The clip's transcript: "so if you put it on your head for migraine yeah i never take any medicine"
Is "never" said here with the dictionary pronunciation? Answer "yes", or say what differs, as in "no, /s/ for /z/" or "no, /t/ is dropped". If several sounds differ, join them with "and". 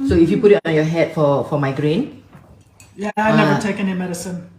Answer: no, /v/ is dropped